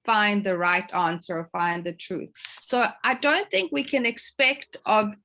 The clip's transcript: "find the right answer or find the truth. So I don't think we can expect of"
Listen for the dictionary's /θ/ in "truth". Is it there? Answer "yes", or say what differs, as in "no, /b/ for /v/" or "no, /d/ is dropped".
yes